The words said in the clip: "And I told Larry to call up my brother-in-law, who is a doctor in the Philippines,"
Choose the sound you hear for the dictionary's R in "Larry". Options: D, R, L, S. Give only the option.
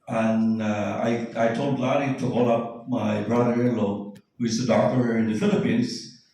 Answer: L